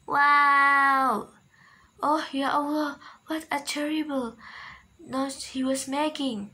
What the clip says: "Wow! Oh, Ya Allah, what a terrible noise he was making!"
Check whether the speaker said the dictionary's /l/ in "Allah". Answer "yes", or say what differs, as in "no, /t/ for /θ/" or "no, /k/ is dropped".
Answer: no, /w/ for /l/